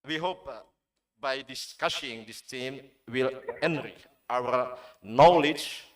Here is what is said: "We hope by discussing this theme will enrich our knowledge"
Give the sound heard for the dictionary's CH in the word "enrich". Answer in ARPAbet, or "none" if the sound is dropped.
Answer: none